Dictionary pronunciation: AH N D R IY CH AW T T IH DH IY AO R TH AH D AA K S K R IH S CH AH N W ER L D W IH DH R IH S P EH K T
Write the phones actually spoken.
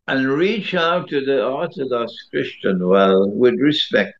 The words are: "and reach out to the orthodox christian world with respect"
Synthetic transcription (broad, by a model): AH N R IY CH AW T T IH DH IY AO R TH AH D AA K S K R IH S CH AH N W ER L W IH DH R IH S P EH K T